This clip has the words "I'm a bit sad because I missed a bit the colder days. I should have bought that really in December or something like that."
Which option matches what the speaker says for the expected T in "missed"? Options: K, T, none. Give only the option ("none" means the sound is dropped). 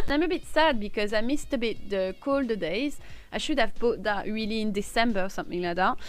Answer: T